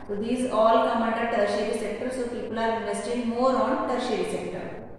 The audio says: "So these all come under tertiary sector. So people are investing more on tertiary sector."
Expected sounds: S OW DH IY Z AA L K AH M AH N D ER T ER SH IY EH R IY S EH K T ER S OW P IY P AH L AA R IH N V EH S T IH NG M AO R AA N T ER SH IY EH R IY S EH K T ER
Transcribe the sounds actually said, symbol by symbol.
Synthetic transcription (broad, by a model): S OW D IY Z AA L K AH M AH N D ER T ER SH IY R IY S EH K T ER S OW P IY P AH L AA R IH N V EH S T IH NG M AO R AA N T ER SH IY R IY S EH K T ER